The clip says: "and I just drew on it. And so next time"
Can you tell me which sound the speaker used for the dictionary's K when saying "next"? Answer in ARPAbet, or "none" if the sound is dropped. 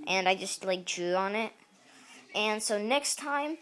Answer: K